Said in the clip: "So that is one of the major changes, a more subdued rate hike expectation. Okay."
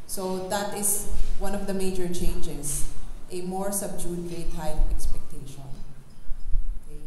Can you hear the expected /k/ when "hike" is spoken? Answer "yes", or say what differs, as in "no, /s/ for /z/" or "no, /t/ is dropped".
no, /k/ is dropped